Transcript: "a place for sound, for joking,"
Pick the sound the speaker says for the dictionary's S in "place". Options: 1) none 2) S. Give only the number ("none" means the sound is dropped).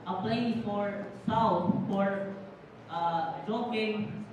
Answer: 1